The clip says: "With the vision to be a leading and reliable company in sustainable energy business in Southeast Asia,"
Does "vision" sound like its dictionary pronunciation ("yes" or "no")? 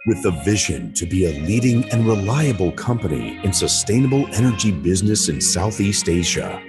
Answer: yes